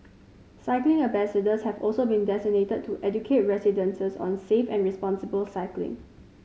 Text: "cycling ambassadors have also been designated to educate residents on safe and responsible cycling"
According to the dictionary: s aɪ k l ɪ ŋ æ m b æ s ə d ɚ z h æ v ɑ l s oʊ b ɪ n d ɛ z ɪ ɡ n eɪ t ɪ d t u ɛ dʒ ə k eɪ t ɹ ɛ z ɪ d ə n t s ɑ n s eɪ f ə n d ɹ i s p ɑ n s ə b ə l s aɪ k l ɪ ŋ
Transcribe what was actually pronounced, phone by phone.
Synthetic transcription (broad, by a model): s aɪ k l ɪ ŋ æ b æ s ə d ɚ s h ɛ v ɑ l s oʊ b ɪ n d ɛ s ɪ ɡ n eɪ t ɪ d t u ɛ dʒ ə k eɪ t ɹ ɛ s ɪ d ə n s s ɑ n s eɪ f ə n ɹ i s p ɑ n s ə b ə l s aɪ k l ɪ ŋ